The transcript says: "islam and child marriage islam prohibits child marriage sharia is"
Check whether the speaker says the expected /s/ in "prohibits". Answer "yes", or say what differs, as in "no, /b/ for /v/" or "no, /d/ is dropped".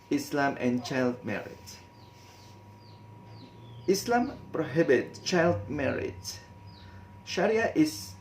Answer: no, /s/ is dropped